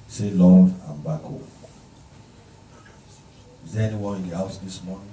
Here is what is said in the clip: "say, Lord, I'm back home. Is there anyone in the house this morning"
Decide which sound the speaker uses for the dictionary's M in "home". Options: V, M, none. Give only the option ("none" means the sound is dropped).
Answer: none